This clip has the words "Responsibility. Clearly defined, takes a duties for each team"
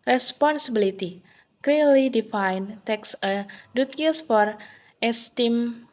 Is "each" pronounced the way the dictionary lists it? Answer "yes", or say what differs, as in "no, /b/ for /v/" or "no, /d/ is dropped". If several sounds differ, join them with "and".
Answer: no, /s/ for /tʃ/